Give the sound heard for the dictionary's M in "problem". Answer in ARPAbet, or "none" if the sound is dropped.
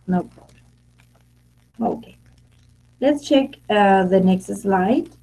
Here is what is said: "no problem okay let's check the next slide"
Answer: none